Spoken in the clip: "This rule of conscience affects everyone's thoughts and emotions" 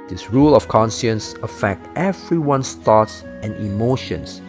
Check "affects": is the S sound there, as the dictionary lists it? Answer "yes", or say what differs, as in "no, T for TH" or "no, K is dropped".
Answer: no, S is dropped